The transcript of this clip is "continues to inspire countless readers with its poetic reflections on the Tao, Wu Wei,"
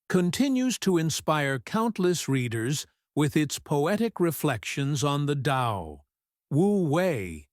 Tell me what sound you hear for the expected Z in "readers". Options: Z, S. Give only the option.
Z